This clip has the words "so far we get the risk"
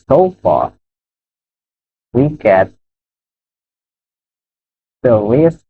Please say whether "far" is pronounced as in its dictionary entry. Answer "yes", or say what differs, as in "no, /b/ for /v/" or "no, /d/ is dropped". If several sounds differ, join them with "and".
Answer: yes